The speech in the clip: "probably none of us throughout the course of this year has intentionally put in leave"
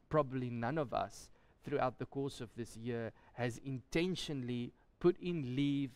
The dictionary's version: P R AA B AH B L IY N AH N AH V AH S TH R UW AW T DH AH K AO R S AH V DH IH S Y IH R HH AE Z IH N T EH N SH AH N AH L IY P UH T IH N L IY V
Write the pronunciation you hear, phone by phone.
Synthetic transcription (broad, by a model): P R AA B AH B L IY N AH N AH V AH S TH R UW AW T DH AH K AO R S AH V DH IH S Y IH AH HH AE Z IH N T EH N SH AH N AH L IY P UH T IH N L IY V